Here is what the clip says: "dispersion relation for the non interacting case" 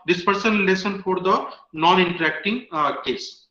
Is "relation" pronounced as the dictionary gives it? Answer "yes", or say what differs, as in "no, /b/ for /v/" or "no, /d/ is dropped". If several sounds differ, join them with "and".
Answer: no, /s/ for /ʃ/